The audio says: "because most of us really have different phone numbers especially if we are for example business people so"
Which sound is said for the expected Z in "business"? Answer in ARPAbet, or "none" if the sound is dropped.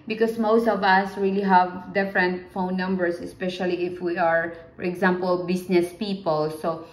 S